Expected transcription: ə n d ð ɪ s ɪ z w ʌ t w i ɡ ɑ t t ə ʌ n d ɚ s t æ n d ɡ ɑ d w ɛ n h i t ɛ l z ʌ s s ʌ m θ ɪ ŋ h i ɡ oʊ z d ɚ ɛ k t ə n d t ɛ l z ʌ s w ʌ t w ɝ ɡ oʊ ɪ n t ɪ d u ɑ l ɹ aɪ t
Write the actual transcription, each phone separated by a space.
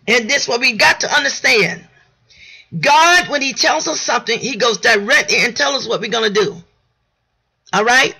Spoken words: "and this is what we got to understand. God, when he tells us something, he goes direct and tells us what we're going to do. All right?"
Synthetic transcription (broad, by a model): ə n ð ɪ s w ʌ t w i ɡ ɑ t t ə ʌ n d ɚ s t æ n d ɡ ɑ d w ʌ n i t ɛ l z ʌ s s ʌ m θ ɪ ŋ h i ɡ oʊ z d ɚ ɛ k t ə n t ɛ l z ʌ s w ʌ t w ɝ ɡ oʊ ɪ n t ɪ d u ɑ l ɹ aɪ t